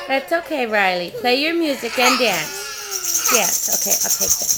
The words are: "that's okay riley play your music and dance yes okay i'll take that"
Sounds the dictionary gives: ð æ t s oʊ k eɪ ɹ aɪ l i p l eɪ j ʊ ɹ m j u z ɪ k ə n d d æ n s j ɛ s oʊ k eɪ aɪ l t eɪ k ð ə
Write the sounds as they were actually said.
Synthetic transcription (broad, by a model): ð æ t s oʊ k eɪ ɹ aɪ l i p l eɪ j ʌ ɹ m j u z ɪ k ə n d d æ n s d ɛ s oʊ k eɪ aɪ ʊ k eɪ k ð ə